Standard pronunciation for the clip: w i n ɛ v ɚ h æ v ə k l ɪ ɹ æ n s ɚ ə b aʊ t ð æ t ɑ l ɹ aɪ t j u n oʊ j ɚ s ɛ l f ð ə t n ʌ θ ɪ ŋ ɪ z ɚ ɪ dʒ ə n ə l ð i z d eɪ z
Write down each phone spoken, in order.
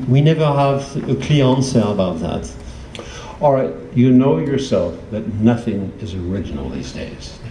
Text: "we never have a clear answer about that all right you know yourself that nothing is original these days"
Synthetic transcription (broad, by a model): w i n ɛ v ɚ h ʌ v ə k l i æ n s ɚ ə b aʊ t ð æ t ɑ l ɹ aɪ t j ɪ n oʊ j ɚ s ɛ l f ð ə t n ʌ θ ɪ ŋ ɪ z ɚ ɪ dʒ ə n l ð i z d eɪ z